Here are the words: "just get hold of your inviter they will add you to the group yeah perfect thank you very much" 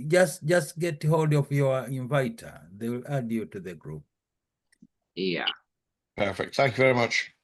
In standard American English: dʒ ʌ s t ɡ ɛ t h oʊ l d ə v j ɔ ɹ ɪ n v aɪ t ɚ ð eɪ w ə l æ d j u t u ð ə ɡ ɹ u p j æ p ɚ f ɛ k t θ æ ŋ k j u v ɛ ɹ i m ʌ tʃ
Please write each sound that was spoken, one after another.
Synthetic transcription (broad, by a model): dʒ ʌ s t ɡ ɛ t h oʊ l d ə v j ɔ ɹ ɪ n v aɪ t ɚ ð eɪ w l æ d j u t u ð ə ɡ ɹ u p j æ p ɚ f ɛ k t θ æ ŋ k j u v ɛ ɹ i m ʌ tʃ